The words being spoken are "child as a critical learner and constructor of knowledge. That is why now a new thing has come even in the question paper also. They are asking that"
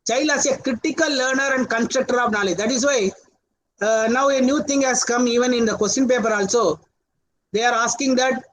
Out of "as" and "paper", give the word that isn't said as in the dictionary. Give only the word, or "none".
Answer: as